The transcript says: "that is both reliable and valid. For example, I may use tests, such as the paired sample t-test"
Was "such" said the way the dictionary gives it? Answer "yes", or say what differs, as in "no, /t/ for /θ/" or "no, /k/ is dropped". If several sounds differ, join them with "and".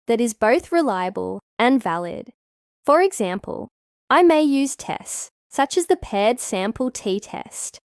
yes